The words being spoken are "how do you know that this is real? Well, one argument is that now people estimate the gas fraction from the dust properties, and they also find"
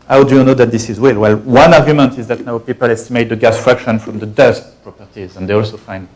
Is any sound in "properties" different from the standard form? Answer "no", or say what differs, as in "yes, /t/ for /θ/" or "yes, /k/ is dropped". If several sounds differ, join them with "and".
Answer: no